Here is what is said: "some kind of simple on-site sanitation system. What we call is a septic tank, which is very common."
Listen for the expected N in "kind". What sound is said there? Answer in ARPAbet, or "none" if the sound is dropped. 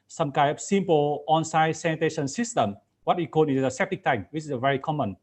none